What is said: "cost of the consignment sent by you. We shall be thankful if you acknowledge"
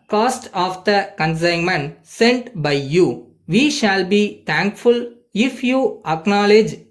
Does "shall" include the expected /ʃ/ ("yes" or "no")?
yes